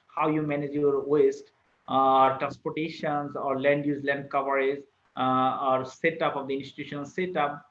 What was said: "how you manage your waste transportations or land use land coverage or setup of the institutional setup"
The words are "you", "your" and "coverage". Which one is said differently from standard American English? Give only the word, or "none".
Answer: coverage